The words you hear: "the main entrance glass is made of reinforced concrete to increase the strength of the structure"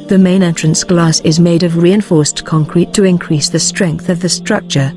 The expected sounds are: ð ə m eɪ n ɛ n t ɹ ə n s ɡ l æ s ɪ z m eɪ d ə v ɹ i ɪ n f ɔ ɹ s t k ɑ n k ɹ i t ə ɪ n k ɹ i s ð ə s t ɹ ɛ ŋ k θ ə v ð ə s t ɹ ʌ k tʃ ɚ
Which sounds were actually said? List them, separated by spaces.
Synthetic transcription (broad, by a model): ð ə m eɪ n ɛ n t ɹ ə n s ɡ l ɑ s ɪ z m eɪ d ə v ɹ i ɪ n f ɔ ɹ s k ɑ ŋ k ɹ i t ə ɪ n k ɹ i s ð ə s t ɹ ɛ ŋ k θ ə v ð ə s t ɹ ʌ k tʃ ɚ